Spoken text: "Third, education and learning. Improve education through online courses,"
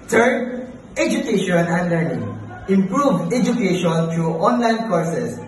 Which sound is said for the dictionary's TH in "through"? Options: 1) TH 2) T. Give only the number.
2